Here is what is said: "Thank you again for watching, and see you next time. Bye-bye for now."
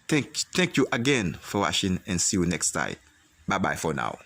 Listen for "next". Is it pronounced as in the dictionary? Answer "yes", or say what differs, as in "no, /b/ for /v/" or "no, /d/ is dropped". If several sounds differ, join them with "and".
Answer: yes